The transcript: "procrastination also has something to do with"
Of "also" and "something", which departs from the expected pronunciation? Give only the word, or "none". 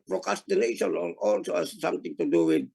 something